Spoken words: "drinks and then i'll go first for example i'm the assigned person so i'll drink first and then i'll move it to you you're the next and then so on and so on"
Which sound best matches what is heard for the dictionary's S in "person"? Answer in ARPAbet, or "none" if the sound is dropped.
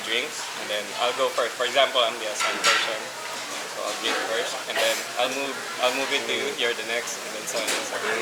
SH